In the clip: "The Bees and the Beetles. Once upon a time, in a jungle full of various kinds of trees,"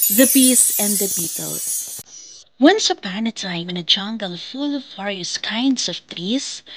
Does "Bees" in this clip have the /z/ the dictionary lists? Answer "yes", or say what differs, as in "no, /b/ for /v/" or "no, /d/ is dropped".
no, /s/ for /z/